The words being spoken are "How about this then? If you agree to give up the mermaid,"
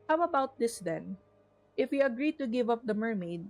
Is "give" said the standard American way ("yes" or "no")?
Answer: yes